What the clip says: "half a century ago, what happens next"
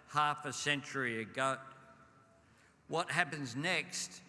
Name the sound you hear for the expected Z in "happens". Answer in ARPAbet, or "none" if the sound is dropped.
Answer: Z